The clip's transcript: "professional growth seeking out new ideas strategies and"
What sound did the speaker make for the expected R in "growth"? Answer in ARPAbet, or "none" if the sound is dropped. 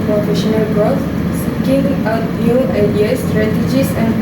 none